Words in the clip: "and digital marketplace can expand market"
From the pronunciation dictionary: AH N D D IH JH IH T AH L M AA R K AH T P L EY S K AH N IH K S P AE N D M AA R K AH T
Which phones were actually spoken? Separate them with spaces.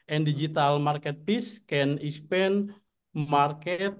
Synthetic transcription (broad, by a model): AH N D D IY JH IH T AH L M AA R K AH T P IY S K AH N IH S P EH N M AA R K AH T